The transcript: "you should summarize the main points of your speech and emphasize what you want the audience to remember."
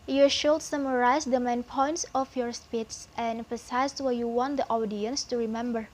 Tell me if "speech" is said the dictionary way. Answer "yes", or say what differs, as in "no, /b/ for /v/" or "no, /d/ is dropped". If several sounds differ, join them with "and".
no, /s/ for /tʃ/